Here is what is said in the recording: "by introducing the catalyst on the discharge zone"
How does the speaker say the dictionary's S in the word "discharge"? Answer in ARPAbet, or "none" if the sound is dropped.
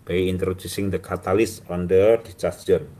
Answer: none